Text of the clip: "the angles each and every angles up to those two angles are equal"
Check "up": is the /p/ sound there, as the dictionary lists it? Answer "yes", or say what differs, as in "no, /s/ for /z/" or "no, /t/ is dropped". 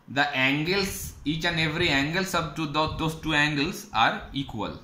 no, /b/ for /p/